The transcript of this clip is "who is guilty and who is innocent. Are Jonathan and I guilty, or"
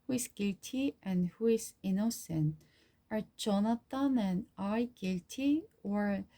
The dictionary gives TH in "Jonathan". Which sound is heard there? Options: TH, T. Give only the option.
T